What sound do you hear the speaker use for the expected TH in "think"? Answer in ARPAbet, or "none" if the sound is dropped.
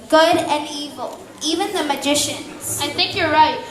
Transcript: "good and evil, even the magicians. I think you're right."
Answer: TH